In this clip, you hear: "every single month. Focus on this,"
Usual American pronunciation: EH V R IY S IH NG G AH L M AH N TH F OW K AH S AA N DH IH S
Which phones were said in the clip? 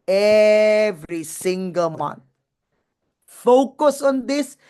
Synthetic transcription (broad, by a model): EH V R IY S IH NG G AH L M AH N T F OW K AH S AA N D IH S